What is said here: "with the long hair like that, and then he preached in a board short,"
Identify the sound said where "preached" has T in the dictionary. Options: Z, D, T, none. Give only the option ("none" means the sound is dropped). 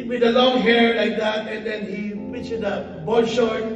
none